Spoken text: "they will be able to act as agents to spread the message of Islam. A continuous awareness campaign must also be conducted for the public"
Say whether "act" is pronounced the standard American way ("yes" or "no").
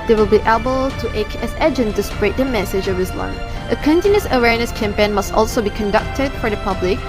no